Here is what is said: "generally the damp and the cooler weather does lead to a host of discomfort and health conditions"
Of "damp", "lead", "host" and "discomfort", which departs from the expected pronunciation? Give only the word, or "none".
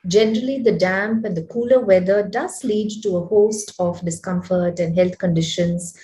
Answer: none